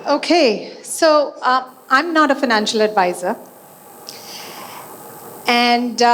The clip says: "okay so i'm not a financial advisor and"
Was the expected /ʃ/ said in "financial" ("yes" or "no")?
yes